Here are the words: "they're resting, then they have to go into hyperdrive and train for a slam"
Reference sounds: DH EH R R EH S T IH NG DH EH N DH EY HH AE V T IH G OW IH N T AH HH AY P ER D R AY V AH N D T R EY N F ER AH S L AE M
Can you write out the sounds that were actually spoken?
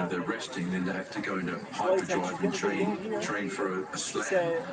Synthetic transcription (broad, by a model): DH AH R R EH S T IH NG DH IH N DH EY HH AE F T IH G OW IH N T AH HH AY ER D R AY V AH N T R EY N F ER AH S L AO